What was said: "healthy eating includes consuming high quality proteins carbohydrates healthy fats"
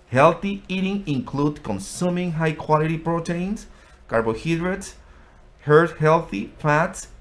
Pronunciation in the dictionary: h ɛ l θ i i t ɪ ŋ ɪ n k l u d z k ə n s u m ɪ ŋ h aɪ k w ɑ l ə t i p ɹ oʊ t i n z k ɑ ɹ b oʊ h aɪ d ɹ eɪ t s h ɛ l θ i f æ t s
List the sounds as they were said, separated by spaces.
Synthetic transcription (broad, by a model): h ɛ l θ i i t ɪ ŋ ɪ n k l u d k ə n s u m ɪ ŋ h aɪ k w ɑ l ə t i p ɹ oʊ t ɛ n s k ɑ ɹ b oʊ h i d ɹ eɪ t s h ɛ l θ i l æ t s